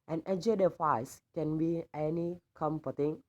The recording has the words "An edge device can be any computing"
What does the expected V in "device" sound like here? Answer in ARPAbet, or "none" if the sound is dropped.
F